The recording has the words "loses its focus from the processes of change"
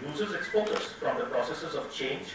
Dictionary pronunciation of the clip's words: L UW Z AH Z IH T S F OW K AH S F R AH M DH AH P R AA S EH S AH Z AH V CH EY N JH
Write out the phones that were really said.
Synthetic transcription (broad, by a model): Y UW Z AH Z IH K S P OW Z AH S F R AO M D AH P R AA S EH S AH Z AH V CH EY N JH